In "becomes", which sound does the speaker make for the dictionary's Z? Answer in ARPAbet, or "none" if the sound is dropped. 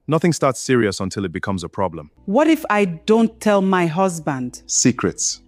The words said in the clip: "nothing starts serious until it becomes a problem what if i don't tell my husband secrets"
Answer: Z